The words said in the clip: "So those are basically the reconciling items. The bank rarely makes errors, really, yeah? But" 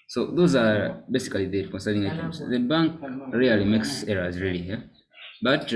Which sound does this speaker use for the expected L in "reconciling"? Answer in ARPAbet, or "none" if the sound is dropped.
N